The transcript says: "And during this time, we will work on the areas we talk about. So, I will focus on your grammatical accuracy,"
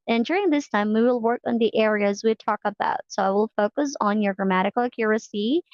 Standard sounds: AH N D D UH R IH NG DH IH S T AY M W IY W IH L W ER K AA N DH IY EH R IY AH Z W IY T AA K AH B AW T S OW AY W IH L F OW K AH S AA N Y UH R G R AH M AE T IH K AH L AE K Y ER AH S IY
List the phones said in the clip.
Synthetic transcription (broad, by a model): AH N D D UH R IH NG DH IH S T AY M W IY W IH L W ER K N DH IY EH R IY AH Z W IY T AA K AH B AW T S OW AY W IH L F OW K AH S N Y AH R G R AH M AE T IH K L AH K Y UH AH S IY